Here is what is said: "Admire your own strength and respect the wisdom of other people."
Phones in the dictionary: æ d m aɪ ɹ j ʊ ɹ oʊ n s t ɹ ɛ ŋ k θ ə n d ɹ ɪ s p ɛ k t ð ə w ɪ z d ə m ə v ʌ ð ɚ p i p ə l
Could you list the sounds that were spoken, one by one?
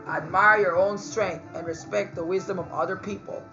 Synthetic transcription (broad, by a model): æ d m aɪ ɹ j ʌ ɹ oʊ n s t ɹ ɛ ŋ k θ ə n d ɹ ɪ s p ɛ k t ð ə w ɪ z d ə m ə v ʌ ð ɚ p i p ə l